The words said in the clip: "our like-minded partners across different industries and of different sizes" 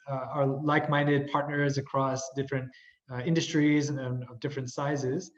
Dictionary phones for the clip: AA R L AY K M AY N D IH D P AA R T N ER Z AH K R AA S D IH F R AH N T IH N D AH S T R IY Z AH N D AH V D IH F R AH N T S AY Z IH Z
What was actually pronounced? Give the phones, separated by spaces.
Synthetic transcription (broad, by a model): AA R L AY K M AY N D IH D P AA R T N ER Z AH K R AA S D IH F R AH N T IH N D AH S T R IY Z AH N AH V D IH F R AH N T S AY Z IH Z